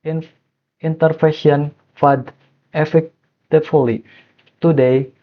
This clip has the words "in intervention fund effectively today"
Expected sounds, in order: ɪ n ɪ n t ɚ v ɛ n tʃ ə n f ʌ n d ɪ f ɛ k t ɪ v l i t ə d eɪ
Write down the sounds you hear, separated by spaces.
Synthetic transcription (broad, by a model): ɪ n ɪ n t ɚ f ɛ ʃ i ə n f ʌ d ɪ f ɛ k t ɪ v l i t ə d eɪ